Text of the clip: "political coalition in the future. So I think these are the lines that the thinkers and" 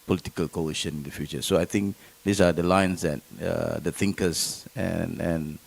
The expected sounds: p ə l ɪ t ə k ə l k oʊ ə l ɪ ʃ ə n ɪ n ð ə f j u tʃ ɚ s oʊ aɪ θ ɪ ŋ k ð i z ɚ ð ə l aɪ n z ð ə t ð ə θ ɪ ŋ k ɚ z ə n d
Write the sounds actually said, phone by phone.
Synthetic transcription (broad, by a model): p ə l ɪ t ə k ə l k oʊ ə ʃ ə n ɪ n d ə f j u tʃ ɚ s oʊ aɪ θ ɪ ŋ k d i s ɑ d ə l aɪ n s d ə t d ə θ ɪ ŋ k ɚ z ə n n